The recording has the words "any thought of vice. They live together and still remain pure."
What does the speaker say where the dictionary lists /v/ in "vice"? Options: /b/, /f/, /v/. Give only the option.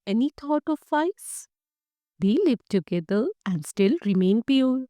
/f/